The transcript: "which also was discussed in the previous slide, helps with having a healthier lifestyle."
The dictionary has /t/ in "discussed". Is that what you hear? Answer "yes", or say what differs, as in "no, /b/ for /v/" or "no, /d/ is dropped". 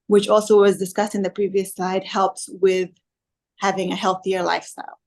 yes